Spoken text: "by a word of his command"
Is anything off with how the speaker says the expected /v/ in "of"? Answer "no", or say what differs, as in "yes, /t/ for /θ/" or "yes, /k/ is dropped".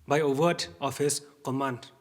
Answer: yes, /p/ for /v/